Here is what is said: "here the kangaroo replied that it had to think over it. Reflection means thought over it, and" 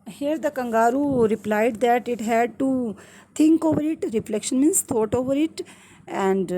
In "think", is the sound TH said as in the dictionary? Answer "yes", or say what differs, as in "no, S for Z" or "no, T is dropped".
no, T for TH